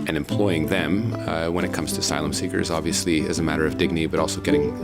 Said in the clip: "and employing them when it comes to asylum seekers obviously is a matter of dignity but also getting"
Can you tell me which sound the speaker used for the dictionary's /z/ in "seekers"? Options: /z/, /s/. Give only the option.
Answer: /z/